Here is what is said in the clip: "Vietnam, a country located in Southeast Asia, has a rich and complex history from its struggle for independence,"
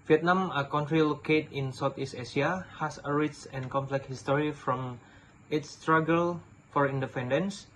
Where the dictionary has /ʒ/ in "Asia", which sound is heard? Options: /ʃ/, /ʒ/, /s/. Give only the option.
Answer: /s/